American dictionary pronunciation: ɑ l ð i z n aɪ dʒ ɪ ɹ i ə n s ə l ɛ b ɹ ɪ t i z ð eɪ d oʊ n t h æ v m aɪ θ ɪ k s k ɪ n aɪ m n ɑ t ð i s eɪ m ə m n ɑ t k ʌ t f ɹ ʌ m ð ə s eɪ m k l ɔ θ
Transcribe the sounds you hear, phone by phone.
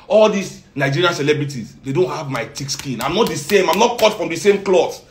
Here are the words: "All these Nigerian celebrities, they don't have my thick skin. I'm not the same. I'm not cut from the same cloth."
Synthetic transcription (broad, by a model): ɑ l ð i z n aɪ dʒ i ɹ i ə n s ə l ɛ b ɹ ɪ t i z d eɪ d oʊ n t h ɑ v m aɪ t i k s k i n aɪ m n ɑ t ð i s eɪ m ə m n ɑ t k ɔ t f ɹ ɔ m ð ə s eɪ m k l ɔ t